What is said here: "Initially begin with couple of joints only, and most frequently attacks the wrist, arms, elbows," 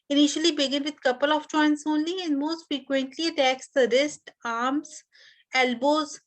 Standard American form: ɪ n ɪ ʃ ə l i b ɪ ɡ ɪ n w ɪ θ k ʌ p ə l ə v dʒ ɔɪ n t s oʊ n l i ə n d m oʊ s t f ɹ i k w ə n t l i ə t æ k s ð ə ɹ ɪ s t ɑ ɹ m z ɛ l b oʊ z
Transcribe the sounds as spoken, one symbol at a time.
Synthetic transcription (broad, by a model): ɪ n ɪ ʃ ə l i b ɪ ɡ ɪ n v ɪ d k ʌ p ə l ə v tʃ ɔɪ n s oʊ n l i ə n d m oʊ s t f ɹ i k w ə n t l i ə t æ k s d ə ɹ ɪ s t ɑ ɹ m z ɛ l b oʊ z